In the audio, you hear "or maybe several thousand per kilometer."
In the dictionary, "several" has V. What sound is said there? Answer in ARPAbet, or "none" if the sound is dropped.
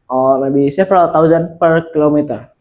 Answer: F